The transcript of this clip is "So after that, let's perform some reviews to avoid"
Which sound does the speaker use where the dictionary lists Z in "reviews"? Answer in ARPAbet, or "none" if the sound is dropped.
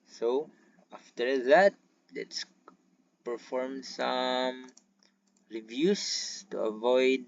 S